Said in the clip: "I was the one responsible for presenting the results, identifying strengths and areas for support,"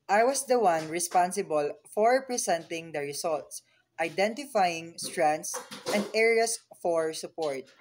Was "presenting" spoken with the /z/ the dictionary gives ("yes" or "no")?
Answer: no